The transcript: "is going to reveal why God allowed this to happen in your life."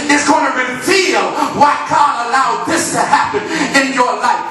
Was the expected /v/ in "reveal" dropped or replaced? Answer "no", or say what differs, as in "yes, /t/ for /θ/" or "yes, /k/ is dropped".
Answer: yes, /f/ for /v/